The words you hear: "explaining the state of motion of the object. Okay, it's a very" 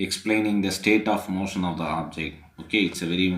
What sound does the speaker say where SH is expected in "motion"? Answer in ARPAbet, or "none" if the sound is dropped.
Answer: SH